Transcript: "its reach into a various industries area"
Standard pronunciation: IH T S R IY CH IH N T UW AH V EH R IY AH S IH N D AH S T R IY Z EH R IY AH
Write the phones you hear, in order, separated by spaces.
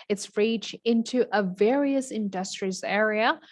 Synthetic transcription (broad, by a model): IH T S R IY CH IH N T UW AH V EH R IY AH S IH N D AH S T R IY Z EH R IY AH